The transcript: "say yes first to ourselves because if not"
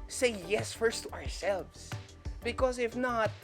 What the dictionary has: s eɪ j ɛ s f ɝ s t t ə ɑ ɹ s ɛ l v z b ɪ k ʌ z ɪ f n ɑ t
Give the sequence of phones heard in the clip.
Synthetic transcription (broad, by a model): s eɪ j ɛ s f ɝ s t t ə ɑ ɹ s ɛ l v z b ɪ k ʌ z ɪ f n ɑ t